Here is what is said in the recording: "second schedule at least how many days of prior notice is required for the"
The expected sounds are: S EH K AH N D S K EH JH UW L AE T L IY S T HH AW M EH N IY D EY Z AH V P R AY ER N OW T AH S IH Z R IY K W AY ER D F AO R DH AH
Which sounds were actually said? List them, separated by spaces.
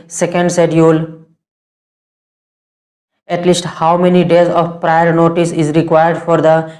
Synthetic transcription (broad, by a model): S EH K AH N D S EH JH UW L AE T L IY S T HH AW M EH N IY D EY Z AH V P R AY ER N OW T AH S IH Z R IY K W AY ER D F AO R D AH